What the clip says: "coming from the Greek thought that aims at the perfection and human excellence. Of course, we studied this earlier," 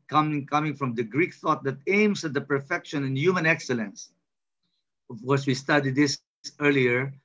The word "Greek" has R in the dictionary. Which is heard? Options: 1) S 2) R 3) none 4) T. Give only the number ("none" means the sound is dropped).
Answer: 2